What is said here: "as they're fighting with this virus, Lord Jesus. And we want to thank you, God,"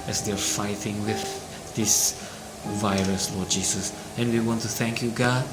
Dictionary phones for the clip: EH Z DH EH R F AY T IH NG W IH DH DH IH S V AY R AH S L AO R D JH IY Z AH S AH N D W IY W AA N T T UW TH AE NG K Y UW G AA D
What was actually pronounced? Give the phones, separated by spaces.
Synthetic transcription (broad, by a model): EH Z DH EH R F AY T IH NG W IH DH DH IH S V AY R AH S L AO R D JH IY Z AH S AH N W IY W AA N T T UW TH AE NG K Y UW G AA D